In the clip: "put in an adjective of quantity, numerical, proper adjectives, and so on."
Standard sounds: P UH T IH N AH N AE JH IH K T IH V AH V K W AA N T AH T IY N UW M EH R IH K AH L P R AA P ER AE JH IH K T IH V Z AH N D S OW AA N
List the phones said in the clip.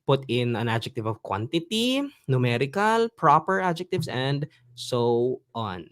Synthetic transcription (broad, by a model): P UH T IH N AH N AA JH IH K T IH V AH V K W AA N T AH T IY N UW M EH R IH K AH L P R AA P ER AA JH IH K T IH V S AH N D S OW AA N